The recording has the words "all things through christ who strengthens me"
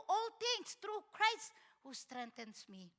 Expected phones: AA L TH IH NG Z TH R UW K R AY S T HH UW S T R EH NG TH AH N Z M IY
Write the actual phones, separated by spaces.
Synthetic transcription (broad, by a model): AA L T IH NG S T R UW K R AY S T HH UW S T R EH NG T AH N S M IY